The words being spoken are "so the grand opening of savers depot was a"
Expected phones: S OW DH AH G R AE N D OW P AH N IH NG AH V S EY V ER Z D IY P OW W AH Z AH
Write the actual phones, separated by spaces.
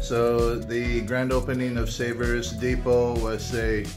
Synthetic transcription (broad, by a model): S OW DH AH G R AE N D OW P AH N IH NG AH V S EY V ER Z D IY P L W AH Z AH